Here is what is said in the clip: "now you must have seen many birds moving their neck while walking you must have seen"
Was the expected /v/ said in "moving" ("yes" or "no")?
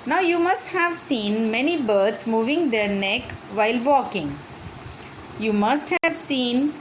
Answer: yes